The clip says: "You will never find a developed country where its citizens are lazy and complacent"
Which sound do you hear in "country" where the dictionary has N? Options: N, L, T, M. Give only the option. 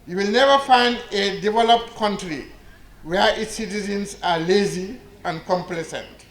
N